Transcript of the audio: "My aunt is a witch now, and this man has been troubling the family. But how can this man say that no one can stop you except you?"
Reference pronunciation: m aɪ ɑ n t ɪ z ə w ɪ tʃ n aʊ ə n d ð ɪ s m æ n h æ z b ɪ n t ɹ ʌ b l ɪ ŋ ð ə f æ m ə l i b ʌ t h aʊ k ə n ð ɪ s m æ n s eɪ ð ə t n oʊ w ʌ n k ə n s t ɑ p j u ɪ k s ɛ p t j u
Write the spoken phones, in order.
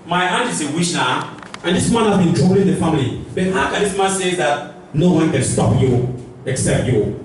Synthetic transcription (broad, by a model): m aɪ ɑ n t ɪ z ə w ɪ ʃ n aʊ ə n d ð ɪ s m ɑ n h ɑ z b ɪ n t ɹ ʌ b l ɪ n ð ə f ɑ m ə l i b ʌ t h aʊ k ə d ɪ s m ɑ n s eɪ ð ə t n oʊ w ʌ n k ə n s t ɑ p j u ɪ k s ɛ p t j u